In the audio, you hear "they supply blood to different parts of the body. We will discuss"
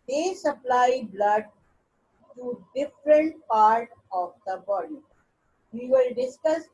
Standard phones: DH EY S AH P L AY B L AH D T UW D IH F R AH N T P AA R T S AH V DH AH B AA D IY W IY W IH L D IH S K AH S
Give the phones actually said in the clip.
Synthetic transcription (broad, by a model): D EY S AH P L AY B L AH D T UW D IH F R AH N T P AA R T AH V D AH B AA D IY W IY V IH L D IH S K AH S